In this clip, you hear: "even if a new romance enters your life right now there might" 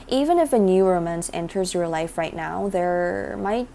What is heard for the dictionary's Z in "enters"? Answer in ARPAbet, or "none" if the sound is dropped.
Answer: Z